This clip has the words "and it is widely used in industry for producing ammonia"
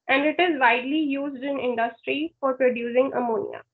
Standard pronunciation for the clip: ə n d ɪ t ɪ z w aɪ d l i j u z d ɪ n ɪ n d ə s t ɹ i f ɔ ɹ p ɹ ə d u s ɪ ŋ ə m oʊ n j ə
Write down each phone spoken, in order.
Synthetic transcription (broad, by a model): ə n d ɪ t ɪ z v aɪ d l i j u z d ɪ n ɪ n d ə s t ɹ i f ɔ ɹ p ɹ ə d u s ɪ ŋ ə m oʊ n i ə